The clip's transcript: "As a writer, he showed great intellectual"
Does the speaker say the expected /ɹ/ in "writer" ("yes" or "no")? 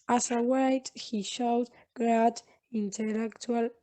no